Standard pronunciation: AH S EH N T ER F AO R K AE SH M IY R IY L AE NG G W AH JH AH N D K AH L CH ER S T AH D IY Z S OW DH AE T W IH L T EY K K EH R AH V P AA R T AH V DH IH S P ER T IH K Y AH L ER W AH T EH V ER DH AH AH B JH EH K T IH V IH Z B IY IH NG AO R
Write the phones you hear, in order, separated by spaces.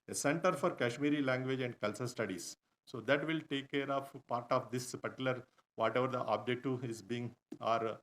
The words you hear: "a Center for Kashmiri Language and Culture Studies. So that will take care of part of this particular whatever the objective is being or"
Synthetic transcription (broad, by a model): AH S EH N T ER F AO R K AE SH M IY R IY L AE NG G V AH JH AH N D K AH L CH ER S T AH D IY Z S OW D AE T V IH L T EY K K EH R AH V P AA R T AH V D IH S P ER T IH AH L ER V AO T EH V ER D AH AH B JH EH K T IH IH Z B IY IH NG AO R